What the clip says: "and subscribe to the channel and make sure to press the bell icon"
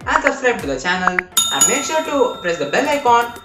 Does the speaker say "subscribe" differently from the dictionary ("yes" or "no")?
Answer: yes